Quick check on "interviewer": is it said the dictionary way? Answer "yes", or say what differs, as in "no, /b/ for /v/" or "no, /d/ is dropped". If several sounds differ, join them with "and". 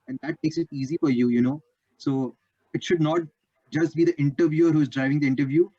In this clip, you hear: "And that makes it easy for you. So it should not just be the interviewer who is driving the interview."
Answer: yes